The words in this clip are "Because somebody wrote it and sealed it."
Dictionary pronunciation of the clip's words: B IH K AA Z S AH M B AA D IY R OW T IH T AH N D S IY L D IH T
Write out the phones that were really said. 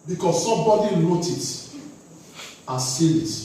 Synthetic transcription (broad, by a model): B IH K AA S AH M B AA D IY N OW T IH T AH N S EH D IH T